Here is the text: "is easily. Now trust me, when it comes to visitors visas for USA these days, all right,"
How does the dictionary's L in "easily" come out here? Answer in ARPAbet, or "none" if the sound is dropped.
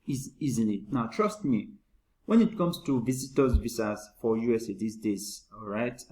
N